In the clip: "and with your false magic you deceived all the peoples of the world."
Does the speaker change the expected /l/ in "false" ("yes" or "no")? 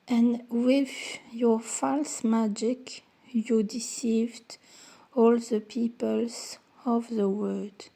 no